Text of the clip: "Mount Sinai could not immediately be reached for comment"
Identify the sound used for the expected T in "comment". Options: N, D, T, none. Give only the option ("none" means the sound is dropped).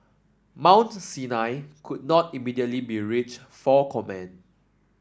none